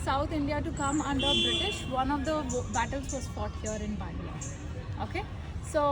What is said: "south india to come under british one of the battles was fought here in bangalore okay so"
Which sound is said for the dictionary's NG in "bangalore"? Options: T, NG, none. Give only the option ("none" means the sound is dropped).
none